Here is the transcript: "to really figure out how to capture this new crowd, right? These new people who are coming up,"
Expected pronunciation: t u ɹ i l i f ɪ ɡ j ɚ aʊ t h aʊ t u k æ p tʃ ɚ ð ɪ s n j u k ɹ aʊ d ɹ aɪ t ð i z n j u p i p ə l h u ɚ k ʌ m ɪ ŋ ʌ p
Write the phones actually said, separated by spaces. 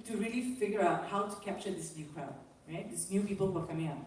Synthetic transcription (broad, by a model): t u ɹ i l i f ɪ ɡ j ɚ aʊ t h aʊ t u k æ p tʃ ɚ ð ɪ s n j u k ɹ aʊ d ɹ aɪ t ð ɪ s n j u p i p ə l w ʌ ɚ k ʌ m ɪ ŋ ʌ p